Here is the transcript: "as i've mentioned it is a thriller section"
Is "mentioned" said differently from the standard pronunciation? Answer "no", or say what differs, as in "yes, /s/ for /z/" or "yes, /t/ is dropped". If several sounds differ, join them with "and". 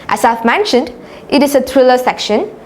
no